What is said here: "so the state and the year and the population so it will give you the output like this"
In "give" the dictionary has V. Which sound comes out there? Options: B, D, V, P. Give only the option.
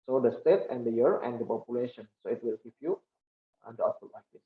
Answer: P